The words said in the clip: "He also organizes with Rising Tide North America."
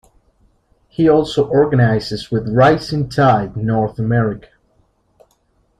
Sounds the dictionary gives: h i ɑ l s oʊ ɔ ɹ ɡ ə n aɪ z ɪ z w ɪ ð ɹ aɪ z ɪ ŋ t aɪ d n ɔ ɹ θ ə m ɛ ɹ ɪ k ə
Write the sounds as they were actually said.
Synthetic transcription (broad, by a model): h i ɑ l s oʊ ɔ ɹ ɡ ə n aɪ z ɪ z w ɪ ð ɹ aɪ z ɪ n t aɪ d n ɔ ɹ θ ə m ɛ ɹ ɪ k ə